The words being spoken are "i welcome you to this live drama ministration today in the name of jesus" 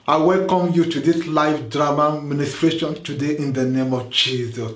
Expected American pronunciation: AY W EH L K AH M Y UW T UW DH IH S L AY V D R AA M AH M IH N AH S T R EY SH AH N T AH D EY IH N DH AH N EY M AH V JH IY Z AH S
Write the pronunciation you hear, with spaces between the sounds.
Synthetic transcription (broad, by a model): AY W EH L K AH M Y UW T UW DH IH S L AY F D R AA M AH M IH N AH S T R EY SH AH N T AH D EY IH N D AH N EY M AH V JH IY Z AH S